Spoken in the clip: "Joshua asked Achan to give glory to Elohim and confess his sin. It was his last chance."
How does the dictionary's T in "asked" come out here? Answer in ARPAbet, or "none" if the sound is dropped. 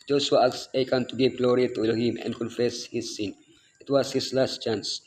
none